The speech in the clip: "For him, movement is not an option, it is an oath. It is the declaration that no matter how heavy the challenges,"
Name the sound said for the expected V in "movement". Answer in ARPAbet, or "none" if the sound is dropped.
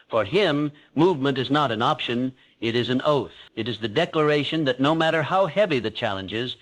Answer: V